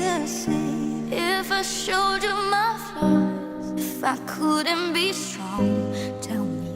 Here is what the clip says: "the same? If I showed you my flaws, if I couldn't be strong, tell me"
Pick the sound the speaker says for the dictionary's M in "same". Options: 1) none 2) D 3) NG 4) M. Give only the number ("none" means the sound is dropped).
1